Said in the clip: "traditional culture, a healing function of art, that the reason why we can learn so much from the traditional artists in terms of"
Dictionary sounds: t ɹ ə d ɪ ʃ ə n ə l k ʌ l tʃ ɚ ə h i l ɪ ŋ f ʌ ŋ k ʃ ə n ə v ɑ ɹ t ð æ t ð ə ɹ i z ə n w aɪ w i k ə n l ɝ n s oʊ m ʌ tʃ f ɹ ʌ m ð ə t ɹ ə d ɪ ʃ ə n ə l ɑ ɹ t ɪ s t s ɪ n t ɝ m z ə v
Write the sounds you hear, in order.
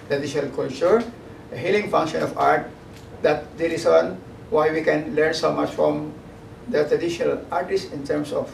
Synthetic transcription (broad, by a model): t ɹ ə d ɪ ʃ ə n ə l k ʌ l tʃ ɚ ə h i l ɪ ŋ f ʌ ŋ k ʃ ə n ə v ɑ ɹ t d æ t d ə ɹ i s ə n w aɪ w i k ə n l ɝ n s oʊ m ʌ tʃ f ɹ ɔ m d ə t ɹ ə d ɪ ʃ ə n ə l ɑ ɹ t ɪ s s ɪ n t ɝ m s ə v